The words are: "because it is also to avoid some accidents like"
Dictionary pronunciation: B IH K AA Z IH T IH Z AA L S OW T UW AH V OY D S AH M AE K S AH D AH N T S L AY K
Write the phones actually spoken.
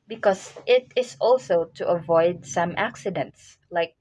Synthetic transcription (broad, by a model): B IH K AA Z IH T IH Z AA L S OW T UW AH V OY D S AH M AE K S AH D AH N T S L AY K